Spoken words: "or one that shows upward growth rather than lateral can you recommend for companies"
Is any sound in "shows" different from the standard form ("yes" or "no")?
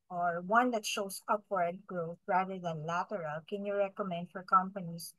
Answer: yes